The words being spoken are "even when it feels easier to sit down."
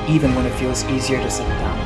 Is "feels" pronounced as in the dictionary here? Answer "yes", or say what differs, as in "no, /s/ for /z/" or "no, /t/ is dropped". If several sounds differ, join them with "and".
yes